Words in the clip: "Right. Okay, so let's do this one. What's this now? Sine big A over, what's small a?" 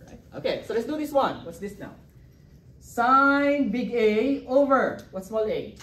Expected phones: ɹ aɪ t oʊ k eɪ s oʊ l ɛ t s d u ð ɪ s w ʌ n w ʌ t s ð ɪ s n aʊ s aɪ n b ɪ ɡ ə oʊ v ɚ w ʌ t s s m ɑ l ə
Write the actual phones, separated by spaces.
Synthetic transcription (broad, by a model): ɹ aɪ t oʊ k eɪ s oʊ l ɛ t s d u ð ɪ s w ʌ n w ʌ t s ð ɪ s n aʊ s aɪ n b ɪ ɡ ə oʊ v ɚ w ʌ t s s m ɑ l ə